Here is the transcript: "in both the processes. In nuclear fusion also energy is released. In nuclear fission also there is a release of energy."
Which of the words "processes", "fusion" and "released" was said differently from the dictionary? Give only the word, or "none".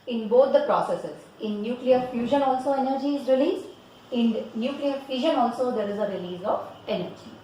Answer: released